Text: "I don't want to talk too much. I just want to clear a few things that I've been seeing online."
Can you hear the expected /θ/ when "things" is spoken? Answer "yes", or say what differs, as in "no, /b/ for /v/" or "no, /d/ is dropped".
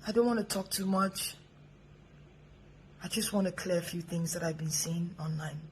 yes